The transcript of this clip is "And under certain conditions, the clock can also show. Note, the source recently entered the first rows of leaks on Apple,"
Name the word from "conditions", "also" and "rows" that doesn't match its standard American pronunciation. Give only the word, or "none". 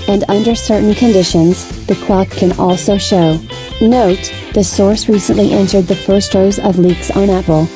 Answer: none